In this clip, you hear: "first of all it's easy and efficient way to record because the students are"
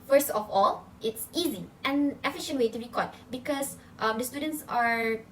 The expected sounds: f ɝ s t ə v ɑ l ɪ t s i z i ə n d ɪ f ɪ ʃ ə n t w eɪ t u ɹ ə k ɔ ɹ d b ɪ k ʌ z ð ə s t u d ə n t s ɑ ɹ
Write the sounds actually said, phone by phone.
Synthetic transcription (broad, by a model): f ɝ s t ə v ɑ l ɪ t s i z i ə n ɪ f ɪ ʃ ə n t w eɪ t u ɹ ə k ɔ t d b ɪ k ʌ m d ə s t u d ə n t s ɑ ɹ